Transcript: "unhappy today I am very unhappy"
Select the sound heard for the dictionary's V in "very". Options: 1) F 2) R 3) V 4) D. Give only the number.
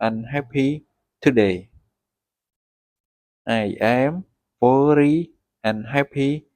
1